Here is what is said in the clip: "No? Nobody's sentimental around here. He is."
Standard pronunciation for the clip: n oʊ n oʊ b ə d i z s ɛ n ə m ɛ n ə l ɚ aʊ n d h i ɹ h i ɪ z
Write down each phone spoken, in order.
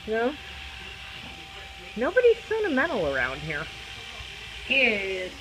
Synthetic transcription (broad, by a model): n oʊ n oʊ b ə d i z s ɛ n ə m ɛ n l ɚ aʊ n d h i ɹ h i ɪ